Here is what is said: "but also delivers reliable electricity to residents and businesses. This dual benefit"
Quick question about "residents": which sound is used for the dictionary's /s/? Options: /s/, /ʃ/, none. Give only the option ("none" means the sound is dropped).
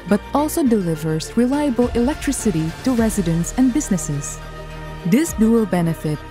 /s/